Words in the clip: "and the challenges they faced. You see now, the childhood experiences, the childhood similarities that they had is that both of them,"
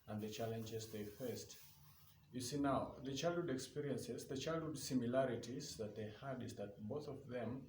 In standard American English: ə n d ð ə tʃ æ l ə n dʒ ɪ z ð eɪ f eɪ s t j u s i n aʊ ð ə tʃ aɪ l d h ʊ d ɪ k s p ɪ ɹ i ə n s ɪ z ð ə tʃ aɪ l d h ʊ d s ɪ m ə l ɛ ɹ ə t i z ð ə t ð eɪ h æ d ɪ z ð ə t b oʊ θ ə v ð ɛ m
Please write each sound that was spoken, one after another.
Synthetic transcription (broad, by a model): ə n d ð ə tʃ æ l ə n dʒ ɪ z ð eɪ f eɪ s t j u s i n aʊ ð ə tʃ aɪ l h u d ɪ k s p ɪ ɹ i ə n s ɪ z ð ə tʃ aɪ l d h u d s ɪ m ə l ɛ ɹ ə t i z ð ə t ð eɪ h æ d ɪ z ð ə t b oʊ θ ə v ð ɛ m